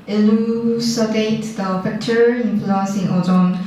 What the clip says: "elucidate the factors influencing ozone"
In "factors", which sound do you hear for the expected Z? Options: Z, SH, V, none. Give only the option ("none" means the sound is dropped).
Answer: none